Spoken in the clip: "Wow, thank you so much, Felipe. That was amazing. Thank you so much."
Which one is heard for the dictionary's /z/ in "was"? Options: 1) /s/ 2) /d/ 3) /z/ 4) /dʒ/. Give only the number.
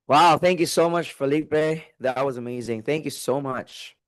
3